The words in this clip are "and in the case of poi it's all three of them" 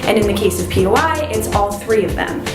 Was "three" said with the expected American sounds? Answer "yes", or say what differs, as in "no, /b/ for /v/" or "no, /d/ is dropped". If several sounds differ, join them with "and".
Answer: yes